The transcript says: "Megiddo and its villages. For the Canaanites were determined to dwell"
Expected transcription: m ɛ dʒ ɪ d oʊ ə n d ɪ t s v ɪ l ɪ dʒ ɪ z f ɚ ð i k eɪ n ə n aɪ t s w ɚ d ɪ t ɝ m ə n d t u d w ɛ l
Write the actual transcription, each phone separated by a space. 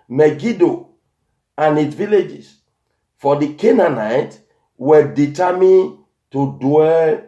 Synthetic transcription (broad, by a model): m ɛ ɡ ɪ d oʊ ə n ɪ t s v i l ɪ dʒ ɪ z f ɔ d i k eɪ n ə n aɪ t w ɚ d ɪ t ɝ m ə n t u d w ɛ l